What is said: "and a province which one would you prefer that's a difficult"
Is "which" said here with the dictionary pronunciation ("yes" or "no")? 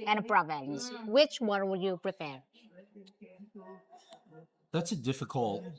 yes